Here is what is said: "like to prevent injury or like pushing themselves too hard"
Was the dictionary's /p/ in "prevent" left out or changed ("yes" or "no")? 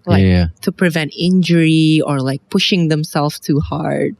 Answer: no